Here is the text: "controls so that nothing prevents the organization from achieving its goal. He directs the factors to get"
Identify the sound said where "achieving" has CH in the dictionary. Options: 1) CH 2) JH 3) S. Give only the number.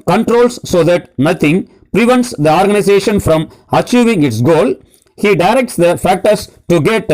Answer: 1